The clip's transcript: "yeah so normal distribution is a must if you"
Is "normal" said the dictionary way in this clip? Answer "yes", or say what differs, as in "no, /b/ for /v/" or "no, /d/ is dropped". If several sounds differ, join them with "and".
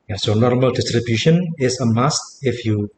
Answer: yes